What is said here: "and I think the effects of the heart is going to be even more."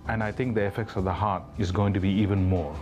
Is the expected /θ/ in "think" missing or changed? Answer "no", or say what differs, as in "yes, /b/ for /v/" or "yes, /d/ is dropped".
yes, /t/ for /θ/